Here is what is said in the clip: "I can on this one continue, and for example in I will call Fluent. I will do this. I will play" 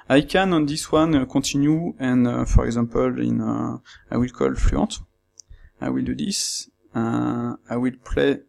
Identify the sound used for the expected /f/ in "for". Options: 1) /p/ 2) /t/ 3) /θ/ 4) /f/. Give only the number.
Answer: 4